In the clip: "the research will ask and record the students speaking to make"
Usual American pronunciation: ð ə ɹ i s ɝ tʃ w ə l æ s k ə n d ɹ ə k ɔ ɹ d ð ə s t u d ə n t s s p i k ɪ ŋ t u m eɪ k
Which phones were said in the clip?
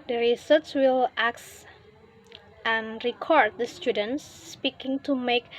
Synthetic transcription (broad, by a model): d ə ɹ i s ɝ s w ə l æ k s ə n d ɹ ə k ɔ ɹ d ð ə s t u d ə n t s s p i k ɪ ŋ t u m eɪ k